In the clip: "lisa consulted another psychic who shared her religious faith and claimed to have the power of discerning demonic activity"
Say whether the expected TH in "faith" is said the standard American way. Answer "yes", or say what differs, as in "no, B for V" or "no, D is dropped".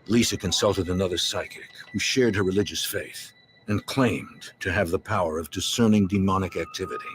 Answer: yes